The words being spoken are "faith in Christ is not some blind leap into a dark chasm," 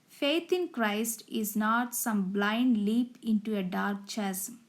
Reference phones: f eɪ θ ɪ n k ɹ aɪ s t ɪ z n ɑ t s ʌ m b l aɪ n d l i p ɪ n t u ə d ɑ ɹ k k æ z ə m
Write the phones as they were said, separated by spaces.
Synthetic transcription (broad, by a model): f eɪ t ɪ n k ɹ aɪ s t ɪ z n ɑ t s ʌ m b l aɪ n d l i p ɪ n t u ə d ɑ ɹ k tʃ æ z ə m